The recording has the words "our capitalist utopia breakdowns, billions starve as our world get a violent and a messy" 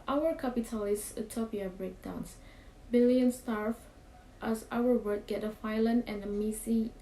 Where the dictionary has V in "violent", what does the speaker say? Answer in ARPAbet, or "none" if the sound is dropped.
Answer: F